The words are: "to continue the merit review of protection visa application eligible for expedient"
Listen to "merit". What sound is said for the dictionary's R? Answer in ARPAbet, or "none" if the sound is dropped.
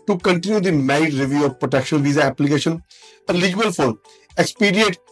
none